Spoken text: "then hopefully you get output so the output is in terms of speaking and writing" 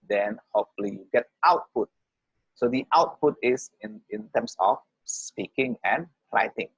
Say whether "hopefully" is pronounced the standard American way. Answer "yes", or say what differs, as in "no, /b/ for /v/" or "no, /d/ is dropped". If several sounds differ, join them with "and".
no, /p/ is dropped